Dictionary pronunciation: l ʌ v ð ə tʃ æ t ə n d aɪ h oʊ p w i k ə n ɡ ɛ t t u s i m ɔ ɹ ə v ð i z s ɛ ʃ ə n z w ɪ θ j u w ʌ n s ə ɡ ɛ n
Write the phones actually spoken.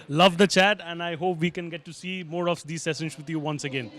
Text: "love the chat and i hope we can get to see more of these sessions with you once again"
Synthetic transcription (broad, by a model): l ʌ v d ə tʃ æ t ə n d aɪ h oʊ p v i k ə n ɡ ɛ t t u s i m ɔ ɹ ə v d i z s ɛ s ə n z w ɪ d j u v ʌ n s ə ɡ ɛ n